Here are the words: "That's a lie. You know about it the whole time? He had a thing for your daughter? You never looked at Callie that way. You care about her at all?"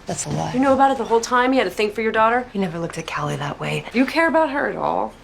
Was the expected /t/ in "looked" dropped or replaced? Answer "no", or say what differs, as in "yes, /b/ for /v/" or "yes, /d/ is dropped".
no